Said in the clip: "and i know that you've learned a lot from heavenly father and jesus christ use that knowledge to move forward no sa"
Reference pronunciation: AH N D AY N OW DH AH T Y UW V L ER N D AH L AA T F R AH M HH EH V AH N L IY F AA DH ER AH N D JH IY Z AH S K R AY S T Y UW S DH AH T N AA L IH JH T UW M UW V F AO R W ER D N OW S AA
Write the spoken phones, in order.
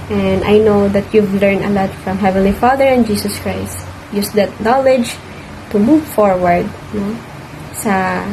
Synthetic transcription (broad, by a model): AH N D AY N OW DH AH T Y UW V L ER N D AH L AA T F R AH M HH EH V AH N L IY F AA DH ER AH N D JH IY S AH S K R AY S T Y UW S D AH T N AA L IH JH T UW M UW V F AO R W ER D N OW S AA